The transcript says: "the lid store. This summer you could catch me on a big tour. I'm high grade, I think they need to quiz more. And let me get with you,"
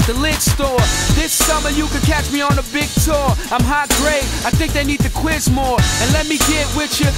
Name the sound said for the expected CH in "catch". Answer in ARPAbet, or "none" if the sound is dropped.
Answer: CH